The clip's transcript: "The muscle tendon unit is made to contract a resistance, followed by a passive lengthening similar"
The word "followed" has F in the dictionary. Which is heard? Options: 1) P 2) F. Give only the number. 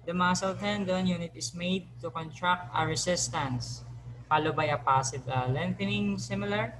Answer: 1